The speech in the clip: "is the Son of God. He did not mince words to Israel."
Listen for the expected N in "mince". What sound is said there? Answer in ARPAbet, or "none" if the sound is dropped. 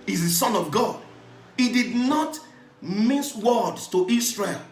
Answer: none